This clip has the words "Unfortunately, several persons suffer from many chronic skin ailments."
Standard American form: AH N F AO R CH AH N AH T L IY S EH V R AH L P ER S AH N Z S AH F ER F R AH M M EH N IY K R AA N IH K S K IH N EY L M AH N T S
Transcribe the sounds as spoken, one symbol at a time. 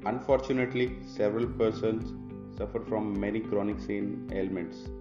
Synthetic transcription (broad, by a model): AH N F AO R CH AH N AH T L IY S EH V R AH L P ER S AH N S AH F ER F R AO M M EH N IY K R AA N IH K S IH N EY L M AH N T S